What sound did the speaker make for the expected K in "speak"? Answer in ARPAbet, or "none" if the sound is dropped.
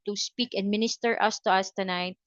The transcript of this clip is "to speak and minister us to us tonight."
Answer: K